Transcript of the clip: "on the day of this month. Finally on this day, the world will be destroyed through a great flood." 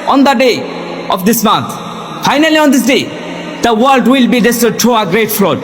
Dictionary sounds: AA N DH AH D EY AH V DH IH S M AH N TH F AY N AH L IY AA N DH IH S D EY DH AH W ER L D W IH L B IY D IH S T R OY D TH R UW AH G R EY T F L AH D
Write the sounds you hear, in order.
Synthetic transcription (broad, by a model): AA N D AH D EY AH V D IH S M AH N T F AY N AH L IY AA N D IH S D EY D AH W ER L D W IH L B IY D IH S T AH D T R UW AH G R EY T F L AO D